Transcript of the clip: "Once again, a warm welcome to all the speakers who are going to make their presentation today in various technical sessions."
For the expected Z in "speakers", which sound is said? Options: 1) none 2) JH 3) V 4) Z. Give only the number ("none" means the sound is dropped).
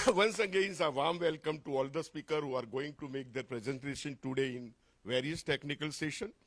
1